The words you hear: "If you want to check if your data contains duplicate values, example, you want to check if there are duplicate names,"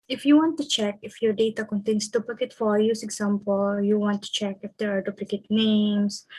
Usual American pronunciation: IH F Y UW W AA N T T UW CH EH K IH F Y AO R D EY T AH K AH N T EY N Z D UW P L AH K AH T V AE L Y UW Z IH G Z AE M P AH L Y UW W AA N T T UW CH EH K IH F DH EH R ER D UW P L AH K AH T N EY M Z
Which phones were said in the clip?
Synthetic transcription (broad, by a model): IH F Y UW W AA N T T UW CH EH K IH F Y AO R D EY T AH K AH N T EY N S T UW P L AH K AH T F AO Y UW S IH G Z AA M P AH L Y UW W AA N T T UW CH EH K IH F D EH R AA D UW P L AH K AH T N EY M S